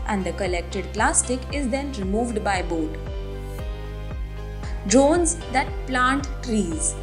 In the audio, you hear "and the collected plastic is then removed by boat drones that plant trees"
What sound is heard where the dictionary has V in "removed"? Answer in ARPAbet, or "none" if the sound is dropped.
V